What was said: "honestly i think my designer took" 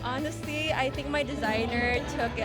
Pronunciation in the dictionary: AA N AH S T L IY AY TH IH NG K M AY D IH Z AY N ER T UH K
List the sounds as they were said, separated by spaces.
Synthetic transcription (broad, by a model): AA N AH S T L IY AY TH IH NG K M AY D IH Z AY N ER T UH K